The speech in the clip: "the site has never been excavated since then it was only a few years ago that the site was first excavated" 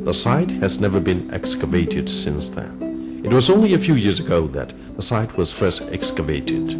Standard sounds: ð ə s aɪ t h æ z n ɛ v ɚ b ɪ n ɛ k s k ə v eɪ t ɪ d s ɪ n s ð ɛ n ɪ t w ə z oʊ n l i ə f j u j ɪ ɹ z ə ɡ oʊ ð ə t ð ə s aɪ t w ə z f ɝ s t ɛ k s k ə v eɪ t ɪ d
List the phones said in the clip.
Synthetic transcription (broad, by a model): ð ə s aɪ t h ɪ z n ɛ v ɚ b ɪ n ɛ k s k ə v eɪ t ɪ d s ɪ n s ð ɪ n ɪ t w ə z oʊ n l i ə f j u j ɪ ɹ z ə ɡ oʊ ð ə t ð ə s aɪ t w ə z f ɝ s t ɛ k s k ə v eɪ t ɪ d